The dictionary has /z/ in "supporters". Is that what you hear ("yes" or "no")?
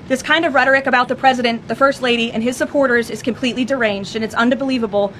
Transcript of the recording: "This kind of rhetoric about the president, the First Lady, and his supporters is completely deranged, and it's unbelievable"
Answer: yes